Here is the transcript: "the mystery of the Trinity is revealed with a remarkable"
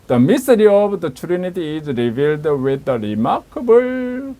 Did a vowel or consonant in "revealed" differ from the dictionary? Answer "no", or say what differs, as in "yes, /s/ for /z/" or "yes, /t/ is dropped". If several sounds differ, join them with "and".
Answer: no